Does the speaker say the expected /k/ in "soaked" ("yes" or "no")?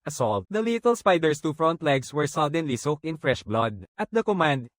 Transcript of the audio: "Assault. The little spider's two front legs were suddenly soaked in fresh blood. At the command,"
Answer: yes